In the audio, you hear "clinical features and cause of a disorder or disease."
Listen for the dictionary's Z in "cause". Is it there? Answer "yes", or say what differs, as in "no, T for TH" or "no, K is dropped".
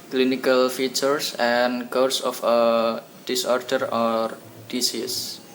no, S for Z